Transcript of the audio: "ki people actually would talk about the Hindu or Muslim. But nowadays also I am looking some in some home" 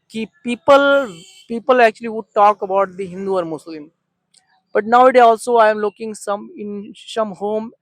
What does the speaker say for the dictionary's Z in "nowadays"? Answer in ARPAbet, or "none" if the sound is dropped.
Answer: none